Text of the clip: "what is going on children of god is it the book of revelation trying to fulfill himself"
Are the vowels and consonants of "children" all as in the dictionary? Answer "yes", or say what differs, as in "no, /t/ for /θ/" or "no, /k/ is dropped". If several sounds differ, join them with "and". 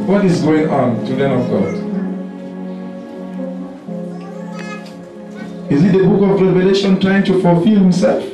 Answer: no, /ɹ/ is dropped